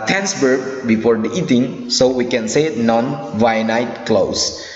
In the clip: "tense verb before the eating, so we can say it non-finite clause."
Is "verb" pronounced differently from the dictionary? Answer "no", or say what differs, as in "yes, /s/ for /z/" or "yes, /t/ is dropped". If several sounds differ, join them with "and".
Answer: yes, /b/ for /v/